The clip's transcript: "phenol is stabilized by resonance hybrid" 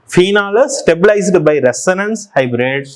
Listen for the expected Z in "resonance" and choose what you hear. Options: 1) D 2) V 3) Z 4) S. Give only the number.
4